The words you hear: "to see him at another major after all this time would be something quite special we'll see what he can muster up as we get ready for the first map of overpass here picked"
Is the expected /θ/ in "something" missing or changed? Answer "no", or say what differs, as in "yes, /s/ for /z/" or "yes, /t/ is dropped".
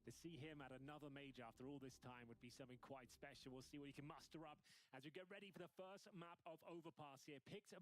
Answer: no